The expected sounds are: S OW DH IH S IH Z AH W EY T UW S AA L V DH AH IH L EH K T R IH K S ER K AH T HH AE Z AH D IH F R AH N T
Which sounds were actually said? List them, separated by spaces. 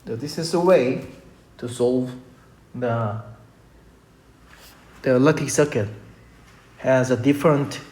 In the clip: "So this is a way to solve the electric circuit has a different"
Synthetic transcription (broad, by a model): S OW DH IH S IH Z AH W EY T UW S AA L V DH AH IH L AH T IH S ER K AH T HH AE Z AH D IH F R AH N T